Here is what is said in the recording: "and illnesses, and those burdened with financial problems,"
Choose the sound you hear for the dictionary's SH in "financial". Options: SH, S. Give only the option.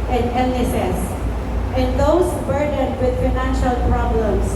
SH